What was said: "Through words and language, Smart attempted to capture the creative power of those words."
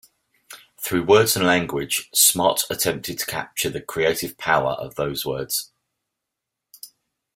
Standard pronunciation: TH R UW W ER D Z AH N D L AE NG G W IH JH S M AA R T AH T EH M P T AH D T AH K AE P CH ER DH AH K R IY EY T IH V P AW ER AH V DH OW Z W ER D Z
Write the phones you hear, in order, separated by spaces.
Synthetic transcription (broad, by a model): TH R UW W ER D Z AH N L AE NG G W IH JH S M AA T AH T EH M P T AH D T AH K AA P CH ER DH AH K R IY EY T IH V P AW ER AH V DH OW Z W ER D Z